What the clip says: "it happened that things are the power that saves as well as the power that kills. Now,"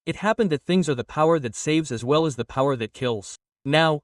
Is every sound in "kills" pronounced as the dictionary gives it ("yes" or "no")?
yes